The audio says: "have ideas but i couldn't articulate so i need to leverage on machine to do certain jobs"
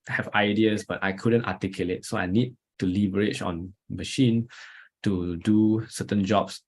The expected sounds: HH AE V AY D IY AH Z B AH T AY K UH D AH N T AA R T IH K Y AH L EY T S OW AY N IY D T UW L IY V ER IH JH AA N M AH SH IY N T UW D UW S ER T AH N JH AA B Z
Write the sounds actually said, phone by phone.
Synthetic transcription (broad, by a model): HH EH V AY D IY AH S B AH T AY K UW D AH N T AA T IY K Y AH L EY T S OW AY N IY D T UW L IY B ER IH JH AA N M AH SH IY N T UW D UW S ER T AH N JH AA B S